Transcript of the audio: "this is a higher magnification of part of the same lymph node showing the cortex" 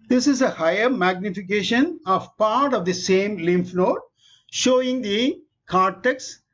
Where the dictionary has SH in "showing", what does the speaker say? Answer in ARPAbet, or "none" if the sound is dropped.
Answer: SH